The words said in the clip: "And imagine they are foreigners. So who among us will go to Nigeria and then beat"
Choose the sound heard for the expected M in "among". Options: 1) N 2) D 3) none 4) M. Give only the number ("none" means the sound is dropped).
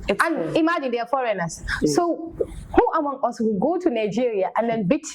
4